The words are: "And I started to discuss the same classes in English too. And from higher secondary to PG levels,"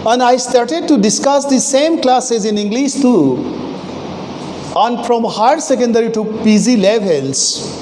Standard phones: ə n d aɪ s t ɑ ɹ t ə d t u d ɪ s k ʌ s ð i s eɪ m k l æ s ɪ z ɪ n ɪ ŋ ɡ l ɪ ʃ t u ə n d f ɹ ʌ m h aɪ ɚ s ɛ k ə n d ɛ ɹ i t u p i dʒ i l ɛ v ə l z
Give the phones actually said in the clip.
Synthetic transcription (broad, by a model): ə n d aɪ s t ɑ ɹ t ə d t u d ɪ s k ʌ s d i s eɪ m k l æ s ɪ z ɪ n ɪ ŋ ɡ l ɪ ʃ t u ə n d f ɹ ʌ m h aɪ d s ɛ k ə n d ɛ ɹ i t u p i z i l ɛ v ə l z